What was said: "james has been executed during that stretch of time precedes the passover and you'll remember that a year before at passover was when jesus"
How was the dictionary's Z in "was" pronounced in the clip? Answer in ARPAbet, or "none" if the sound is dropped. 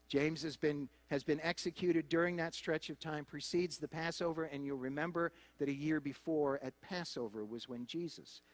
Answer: Z